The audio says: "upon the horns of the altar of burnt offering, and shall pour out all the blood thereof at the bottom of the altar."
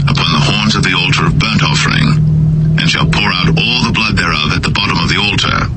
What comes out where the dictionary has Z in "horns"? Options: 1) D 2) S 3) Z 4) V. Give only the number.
3